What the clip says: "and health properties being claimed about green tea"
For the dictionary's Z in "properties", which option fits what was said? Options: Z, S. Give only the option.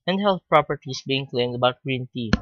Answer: S